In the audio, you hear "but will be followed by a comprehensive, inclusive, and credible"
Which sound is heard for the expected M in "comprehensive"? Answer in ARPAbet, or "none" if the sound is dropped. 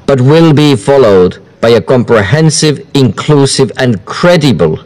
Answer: M